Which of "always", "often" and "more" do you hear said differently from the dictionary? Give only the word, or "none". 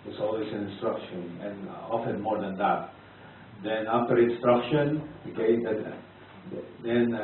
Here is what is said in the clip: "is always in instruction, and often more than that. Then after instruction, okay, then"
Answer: always